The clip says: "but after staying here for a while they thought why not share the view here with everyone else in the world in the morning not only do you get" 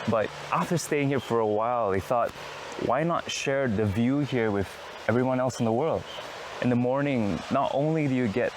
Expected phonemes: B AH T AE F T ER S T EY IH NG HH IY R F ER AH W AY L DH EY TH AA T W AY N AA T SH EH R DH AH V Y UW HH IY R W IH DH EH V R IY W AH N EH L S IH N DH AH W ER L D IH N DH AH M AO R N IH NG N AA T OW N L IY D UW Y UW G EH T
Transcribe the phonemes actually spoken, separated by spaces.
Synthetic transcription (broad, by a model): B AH T AE F T ER S T EY IH NG HH IY R F ER AH W AY L DH EY TH AA T W AY N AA T SH EH R DH AH V Y UW HH IY R W IH DH EH V R IY W AH N EH L S N DH AH W ER L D IH N DH AH M AO R N IH NG N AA T OW N L IY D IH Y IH G EH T